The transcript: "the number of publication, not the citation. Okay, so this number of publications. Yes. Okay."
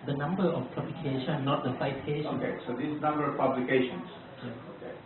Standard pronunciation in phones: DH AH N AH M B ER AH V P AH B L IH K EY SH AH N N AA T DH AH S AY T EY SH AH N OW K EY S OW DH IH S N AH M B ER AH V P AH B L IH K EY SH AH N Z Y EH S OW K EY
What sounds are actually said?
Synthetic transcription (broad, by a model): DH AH N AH M B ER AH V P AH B L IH K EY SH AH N N AA T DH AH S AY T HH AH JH OW K EY S OW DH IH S N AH M B ER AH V P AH B L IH K EY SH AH N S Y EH OW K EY